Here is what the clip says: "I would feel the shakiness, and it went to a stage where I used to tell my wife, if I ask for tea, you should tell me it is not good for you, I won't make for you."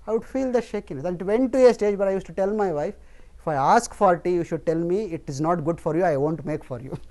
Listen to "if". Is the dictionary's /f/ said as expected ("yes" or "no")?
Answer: yes